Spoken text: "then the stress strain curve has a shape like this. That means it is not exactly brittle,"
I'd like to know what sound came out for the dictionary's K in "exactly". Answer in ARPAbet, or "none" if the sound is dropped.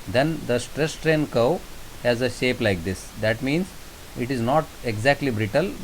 K